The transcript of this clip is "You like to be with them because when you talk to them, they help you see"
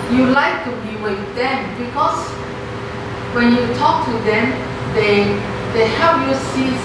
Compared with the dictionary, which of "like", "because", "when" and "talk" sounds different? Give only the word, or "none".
because